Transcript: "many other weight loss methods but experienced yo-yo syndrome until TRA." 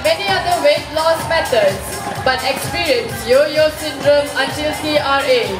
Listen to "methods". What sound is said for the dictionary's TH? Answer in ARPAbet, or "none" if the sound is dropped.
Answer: T